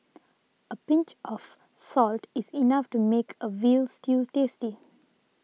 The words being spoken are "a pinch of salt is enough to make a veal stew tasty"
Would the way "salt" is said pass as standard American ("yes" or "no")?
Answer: yes